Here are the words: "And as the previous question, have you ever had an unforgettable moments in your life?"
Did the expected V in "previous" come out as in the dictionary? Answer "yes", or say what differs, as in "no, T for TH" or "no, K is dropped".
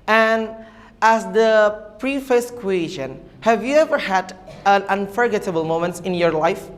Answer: no, F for V